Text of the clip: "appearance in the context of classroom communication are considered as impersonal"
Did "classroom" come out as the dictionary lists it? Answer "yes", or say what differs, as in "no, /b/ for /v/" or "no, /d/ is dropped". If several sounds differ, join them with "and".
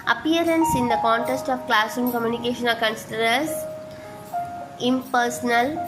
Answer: no, /ɹ/ is dropped